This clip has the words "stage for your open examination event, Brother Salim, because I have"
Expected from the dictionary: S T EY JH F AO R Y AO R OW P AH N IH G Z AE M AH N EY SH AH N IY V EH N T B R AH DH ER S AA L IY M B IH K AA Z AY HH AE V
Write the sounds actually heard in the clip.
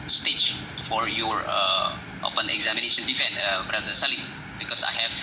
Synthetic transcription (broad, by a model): S T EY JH F AO R Y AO R OW P AH N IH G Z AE M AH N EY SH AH N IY F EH N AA B R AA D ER S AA L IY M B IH K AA S AY HH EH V